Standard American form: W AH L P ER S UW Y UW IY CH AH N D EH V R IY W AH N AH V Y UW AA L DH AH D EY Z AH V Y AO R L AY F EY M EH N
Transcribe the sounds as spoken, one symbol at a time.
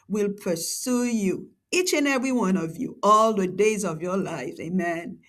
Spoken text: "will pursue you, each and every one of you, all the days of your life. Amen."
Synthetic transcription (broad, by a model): W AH L P ER S UW Y UW IY CH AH N EH V R IY W AH N AH V Y UW AA L DH AH D EY Z AH V Y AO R L AY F EY M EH N